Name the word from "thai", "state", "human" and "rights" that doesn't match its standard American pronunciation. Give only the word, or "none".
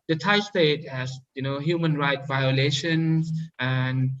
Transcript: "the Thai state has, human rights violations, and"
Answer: rights